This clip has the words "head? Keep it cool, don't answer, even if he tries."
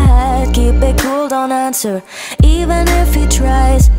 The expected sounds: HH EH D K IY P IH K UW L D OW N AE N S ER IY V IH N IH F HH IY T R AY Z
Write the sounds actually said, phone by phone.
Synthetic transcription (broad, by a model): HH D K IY B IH K UW L D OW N AE N S ER IY V IH N IH F HH IY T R AY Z